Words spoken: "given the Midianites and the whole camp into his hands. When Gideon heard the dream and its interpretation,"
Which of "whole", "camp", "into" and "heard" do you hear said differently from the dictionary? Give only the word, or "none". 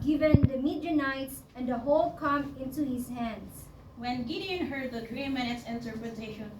camp